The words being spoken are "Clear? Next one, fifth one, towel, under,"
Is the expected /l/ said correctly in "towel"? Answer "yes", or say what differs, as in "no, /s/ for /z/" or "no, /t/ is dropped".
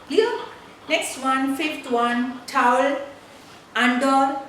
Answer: yes